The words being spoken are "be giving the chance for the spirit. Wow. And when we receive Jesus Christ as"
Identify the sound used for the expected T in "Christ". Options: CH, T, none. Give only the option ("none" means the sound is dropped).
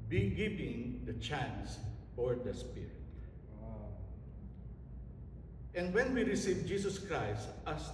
T